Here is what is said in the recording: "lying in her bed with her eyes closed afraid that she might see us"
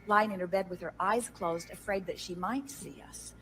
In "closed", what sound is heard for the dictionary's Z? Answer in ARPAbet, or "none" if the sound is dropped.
Z